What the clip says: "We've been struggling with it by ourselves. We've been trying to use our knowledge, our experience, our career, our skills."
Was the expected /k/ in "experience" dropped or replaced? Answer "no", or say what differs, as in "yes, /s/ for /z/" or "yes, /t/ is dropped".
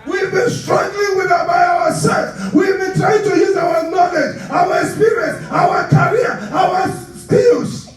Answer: yes, /k/ is dropped